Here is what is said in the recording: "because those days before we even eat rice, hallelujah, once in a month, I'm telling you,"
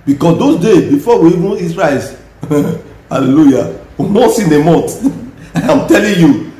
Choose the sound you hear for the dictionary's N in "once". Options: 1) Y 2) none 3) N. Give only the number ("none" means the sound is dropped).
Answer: 2